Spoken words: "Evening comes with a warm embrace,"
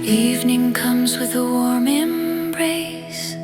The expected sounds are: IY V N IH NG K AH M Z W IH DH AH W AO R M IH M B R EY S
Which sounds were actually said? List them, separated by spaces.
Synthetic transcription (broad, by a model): IY V N IH NG K AH M Z W IH DH AH W AO R M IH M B R EY S